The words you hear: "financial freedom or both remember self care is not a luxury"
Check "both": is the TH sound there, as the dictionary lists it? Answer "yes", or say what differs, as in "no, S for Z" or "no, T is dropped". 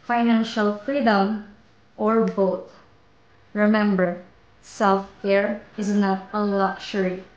no, T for TH